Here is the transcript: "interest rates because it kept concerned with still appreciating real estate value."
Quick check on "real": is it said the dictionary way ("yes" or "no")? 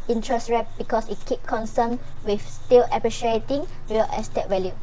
no